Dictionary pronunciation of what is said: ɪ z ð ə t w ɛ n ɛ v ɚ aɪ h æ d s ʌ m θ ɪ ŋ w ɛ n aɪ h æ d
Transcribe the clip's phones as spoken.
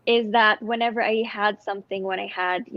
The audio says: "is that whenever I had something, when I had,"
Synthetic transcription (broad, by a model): ɪ z ð ə t w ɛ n ɛ v ɚ aɪ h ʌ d s ʌ m θ ɪ ŋ w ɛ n aɪ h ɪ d